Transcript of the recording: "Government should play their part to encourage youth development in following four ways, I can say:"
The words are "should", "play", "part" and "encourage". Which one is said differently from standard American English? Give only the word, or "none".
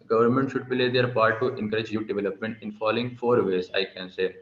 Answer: play